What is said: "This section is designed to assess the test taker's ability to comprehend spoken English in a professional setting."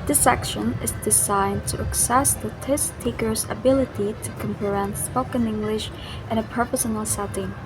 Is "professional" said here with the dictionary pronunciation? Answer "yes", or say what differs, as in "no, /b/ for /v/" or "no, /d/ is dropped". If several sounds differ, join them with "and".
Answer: no, /s/ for /ʃ/